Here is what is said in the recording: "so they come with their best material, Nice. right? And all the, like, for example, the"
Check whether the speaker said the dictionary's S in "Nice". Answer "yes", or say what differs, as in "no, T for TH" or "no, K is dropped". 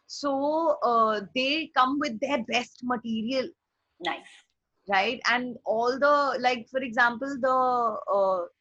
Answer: no, S is dropped